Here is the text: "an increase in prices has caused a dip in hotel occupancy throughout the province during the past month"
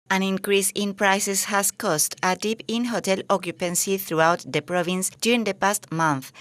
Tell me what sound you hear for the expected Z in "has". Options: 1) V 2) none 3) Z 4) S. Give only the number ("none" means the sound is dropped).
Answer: 4